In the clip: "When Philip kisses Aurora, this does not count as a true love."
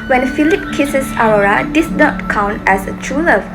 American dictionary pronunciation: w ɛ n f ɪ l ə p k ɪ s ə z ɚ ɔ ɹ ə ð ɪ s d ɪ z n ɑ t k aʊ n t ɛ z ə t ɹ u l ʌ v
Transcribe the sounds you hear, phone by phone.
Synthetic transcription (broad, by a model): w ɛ n f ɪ l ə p k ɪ s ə s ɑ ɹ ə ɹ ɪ d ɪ s n ɑ t k aʊ n t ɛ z ə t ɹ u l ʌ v